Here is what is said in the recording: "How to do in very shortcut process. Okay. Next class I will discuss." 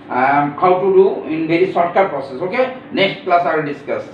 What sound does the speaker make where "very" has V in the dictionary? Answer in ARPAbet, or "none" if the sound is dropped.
B